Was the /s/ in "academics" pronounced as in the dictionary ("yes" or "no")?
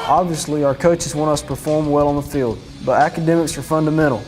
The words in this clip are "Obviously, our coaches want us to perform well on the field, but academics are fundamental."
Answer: yes